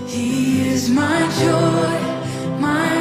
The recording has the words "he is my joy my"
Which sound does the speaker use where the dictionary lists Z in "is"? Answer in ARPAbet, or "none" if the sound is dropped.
Z